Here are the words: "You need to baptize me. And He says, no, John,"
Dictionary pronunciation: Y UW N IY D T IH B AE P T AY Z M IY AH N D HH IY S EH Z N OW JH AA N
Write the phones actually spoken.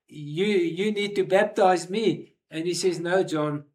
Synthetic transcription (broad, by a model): Y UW N IY D T IH B AE P T AY Z M IY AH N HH IY S EH Z N OW JH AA N